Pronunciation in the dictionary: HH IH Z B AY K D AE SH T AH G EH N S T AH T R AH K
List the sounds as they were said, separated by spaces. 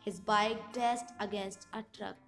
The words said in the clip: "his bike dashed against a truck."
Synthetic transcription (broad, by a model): HH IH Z B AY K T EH S T AH G EH N S T AH T R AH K